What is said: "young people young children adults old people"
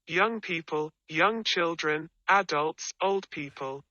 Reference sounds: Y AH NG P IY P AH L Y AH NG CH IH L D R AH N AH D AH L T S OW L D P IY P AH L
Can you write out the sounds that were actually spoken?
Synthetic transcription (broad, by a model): Y AH NG P IY P AH L Y AH NG CH IH L D R AH N AH D AH L T S OW L D P IY P AH L